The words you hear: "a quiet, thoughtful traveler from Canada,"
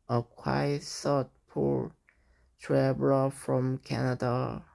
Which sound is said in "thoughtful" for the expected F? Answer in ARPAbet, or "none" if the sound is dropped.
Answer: P